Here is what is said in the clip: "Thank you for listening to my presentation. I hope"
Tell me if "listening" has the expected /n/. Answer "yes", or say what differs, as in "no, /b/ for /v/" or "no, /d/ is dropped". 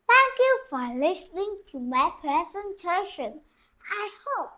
yes